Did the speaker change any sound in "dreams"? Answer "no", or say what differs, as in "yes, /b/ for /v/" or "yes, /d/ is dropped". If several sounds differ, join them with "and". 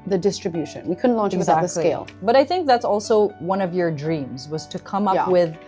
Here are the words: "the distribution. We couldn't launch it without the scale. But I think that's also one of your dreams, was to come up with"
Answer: no